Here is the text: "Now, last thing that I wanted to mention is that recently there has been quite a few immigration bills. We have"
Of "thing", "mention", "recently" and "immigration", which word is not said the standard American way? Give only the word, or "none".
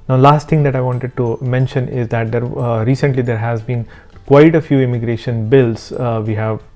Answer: thing